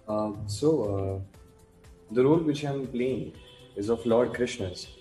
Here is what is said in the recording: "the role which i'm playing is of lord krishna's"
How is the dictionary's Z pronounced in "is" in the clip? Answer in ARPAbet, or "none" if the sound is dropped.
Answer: Z